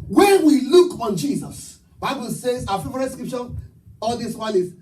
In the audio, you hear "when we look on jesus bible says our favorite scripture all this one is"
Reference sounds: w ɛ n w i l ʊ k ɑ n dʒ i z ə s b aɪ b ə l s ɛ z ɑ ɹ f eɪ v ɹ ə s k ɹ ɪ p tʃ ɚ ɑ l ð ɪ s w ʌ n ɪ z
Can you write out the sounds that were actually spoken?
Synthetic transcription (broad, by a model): w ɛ n w i l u k ɑ n dʒ i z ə s b aɪ b ə l s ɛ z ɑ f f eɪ ɹ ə s k ɹ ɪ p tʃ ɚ ɑ l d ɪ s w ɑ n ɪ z